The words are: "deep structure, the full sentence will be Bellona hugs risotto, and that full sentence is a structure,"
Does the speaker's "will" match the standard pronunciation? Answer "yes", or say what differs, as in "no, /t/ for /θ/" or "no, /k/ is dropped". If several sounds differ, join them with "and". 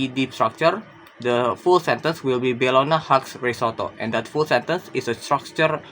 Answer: yes